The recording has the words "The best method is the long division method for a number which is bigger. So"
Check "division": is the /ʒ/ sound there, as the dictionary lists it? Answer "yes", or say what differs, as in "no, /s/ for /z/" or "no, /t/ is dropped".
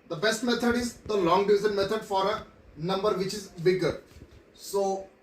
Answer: no, /z/ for /ʒ/